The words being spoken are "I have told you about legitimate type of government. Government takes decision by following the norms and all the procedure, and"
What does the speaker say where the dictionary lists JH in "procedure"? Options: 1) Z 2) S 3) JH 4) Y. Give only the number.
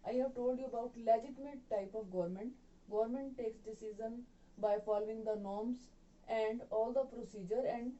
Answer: 3